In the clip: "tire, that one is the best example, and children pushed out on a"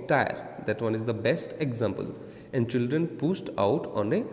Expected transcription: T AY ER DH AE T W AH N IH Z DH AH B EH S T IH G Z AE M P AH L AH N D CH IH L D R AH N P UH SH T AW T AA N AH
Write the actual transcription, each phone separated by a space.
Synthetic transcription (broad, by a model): T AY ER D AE T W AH N IH Z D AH B EH S T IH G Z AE M P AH L AH N D CH IH L D R AH N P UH S T AW T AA N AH